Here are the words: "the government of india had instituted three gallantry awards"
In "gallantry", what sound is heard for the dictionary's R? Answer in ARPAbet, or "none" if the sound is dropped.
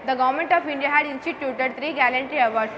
R